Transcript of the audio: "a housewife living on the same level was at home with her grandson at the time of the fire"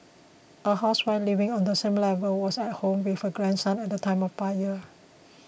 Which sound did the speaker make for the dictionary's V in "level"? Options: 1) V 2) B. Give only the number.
1